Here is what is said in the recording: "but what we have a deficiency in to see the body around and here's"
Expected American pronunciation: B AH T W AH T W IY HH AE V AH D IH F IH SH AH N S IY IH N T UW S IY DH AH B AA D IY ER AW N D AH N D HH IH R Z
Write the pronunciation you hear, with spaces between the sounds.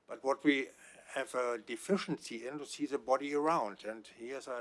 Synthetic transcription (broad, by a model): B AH T W AH T W IY HH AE V AH D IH F IH SH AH N S IY IH N T UW S IY DH AH B AA D IY ER AW N D AH N D HH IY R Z